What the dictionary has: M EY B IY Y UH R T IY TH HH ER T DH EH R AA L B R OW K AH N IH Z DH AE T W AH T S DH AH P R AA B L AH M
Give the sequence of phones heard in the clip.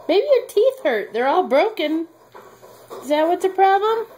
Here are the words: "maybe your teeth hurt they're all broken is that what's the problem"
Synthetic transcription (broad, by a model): M EY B IY Y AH R T IY TH HH ER T DH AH R AA L B R OW K AH N IH Z DH AE T W AH T S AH P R AA B L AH M